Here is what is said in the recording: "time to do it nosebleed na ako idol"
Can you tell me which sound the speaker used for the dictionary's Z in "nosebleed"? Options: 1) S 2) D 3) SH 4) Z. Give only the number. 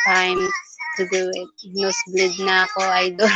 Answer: 1